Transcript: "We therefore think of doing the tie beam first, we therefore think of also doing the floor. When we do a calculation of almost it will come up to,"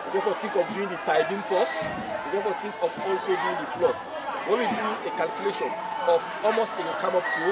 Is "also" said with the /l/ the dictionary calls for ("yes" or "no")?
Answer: yes